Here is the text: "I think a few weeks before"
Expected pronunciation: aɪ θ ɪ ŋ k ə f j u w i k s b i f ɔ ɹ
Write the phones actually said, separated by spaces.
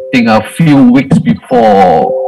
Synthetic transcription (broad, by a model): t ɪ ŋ ə f j u w i k s b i f ɔ